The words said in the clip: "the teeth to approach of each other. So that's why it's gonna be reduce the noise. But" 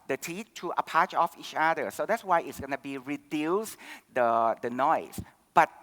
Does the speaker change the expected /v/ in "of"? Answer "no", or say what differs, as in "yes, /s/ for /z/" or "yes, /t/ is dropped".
yes, /f/ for /v/